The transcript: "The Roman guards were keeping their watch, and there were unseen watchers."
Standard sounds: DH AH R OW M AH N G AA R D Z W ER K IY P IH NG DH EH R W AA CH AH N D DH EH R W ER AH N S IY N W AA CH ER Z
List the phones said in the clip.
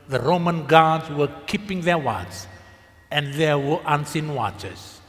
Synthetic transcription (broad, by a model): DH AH R OW M AH N G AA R D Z W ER K IY P IH NG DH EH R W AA S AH N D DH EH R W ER AH N S IY N W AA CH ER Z